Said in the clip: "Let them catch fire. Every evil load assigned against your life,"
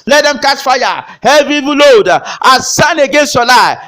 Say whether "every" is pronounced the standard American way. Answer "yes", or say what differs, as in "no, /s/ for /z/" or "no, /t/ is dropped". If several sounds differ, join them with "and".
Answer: no, /ɹ/ is dropped